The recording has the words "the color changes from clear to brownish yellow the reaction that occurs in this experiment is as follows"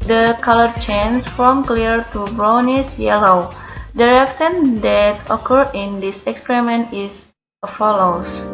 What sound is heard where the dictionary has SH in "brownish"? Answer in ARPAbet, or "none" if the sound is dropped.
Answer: S